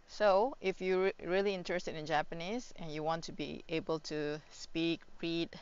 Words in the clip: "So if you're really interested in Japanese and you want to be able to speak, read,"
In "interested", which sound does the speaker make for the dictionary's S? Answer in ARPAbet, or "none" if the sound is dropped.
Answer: S